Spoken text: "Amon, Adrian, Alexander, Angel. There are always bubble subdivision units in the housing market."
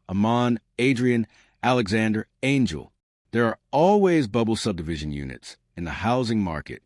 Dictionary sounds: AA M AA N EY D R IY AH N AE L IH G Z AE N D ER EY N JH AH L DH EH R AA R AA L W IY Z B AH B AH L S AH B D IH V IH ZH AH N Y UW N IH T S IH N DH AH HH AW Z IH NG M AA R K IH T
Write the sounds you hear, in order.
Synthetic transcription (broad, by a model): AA M AA N EY D R IY AH N AE L IH G Z AE N D ER EY N JH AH L DH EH R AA R AA L W IY Z B AH B L S AH B D IH V IH ZH AH N Y UW N IH T S IH N DH AH HH AW Z IH NG M AA R K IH T